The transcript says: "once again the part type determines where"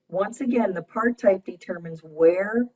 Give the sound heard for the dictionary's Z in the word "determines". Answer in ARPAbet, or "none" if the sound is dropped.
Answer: Z